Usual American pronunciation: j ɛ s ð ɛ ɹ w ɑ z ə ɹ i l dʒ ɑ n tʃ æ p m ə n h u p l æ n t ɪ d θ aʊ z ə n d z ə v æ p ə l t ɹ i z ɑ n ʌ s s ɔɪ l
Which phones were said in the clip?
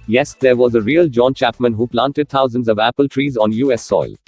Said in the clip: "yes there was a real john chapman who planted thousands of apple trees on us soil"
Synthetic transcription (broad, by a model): j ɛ s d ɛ ɹ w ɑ z ə ɹ i l dʒ ɑ n tʃ æ p m ə n h u p l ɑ n t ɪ d t aʊ z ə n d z ə v æ p ə l t ɹ i z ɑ n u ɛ s ɔɪ l